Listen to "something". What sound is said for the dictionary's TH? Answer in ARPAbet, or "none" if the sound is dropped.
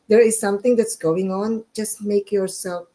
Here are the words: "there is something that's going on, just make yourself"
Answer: T